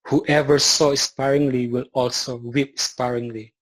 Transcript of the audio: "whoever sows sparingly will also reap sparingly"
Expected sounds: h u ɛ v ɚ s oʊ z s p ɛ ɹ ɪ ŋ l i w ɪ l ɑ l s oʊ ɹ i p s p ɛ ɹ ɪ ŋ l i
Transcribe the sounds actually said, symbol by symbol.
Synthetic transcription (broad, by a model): h u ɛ v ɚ s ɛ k s p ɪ ɹ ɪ ŋ l i w ɪ l ɑ l s oʊ w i p s p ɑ ɹ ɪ ŋ l i